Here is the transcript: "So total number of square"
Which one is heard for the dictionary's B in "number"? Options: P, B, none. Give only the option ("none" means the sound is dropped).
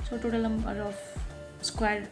none